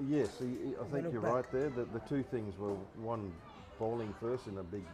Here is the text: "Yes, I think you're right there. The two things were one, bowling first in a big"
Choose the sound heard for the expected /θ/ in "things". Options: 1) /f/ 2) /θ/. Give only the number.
2